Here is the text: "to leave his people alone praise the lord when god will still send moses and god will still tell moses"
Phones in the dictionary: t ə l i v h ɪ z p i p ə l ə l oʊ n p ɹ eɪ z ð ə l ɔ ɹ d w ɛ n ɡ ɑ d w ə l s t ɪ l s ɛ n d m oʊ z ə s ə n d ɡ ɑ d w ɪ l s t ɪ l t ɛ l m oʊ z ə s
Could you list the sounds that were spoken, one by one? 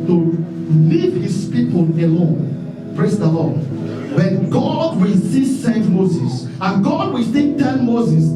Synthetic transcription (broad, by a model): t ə l i v h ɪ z p i p ə l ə l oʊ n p ɹ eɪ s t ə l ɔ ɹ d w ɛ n ɡ ɑ d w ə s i s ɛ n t m oʊ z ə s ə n ɡ ɑ d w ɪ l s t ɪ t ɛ n m oʊ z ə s